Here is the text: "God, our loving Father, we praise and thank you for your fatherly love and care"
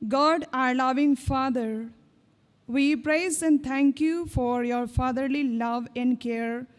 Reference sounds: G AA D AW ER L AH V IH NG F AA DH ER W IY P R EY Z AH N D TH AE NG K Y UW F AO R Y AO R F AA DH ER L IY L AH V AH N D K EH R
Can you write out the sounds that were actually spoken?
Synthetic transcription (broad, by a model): G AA D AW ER L AH V IH NG F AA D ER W IY P R EY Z AH N D T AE NG K Y UW F AO R Y AO R F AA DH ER L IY L AH V AH N D K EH R